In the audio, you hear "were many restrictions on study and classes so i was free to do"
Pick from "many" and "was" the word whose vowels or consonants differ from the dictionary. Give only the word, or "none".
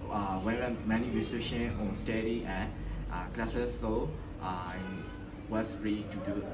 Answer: was